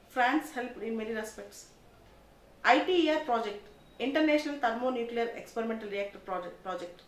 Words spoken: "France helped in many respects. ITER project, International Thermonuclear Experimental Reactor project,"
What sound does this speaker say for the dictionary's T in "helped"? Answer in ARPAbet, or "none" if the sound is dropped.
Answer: none